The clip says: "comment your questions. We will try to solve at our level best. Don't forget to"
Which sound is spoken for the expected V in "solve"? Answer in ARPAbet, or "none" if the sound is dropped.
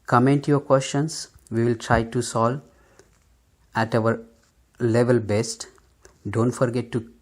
none